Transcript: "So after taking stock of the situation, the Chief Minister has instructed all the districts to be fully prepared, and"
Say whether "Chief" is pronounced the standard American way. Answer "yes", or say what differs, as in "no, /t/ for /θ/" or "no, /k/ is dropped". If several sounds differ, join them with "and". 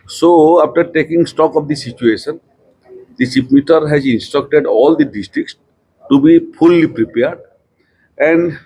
no, /s/ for /tʃ/ and /p/ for /f/